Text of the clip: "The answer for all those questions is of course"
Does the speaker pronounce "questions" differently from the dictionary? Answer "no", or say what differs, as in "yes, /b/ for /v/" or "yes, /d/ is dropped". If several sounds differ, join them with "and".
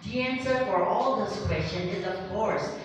yes, /z/ is dropped